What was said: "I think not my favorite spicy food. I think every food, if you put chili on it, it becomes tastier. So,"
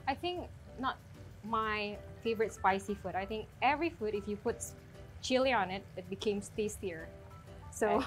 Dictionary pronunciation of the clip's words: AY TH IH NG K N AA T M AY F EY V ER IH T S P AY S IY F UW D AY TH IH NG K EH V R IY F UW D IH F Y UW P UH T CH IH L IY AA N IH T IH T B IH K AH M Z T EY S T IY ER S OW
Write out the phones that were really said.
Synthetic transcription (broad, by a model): AY TH IH NG K N AA T M AY F EY V ER IH T S P AY S IY F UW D AY TH IH NG K EH V R IY F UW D IH F Y UW P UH T CH IH L IY AA N IH T IH T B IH K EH M S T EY S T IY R S OW